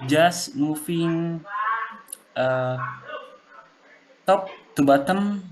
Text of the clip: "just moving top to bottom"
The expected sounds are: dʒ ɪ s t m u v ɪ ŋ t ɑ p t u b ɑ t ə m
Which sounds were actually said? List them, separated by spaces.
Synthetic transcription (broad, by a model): dʒ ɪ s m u f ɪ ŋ t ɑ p t u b ɑ t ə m